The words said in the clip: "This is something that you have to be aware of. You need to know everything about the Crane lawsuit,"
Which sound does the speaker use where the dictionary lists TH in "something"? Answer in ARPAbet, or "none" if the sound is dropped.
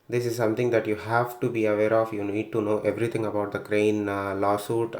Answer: T